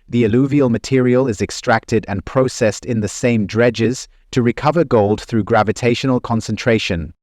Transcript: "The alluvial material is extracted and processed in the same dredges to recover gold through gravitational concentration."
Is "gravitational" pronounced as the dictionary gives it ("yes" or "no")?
yes